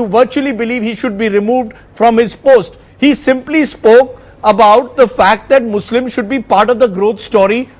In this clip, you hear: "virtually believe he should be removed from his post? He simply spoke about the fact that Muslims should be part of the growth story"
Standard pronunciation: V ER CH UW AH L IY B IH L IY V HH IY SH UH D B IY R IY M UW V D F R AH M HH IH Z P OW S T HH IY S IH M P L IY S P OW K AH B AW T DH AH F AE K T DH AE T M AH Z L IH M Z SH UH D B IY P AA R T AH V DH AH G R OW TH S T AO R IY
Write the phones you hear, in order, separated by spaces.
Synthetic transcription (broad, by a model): V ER CH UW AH L IY B IH L IY V HH IY SH UH D B IY R IY M UW V D F R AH M HH IH Z P OW S T HH IY S IH M P L IY S P OW K AH B AW T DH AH F AE K T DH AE T M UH S L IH M SH UH D B IY P AA R T AH V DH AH G R OW T S T AO R IY